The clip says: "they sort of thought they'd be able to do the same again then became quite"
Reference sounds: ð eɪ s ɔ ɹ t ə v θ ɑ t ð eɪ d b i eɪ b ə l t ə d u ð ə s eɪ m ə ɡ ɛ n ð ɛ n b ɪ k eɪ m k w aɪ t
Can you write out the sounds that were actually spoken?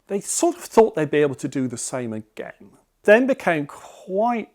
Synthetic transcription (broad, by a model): ð eɪ s ɔ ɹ t ə v θ ɑ t ð eɪ d b i eɪ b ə l t ə d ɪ ð ə s eɪ m ə ɡ ɛ n ð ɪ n b ɪ k eɪ m k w aɪ t